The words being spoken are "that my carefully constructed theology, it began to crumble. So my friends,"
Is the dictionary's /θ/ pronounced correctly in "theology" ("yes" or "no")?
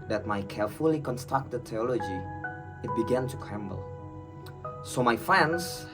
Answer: no